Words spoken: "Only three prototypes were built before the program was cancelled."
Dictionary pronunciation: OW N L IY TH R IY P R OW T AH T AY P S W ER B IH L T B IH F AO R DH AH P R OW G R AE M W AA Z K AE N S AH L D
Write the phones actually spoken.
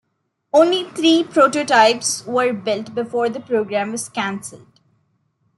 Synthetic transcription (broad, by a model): OW N L IY T R IY P R OW T AH T AY P S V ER B IH L T B IH F AO R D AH P R OW G R AE M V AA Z K AE N S AH L D